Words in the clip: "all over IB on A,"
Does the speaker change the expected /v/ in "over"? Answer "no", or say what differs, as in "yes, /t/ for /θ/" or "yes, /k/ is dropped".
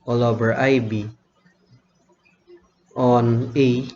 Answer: yes, /b/ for /v/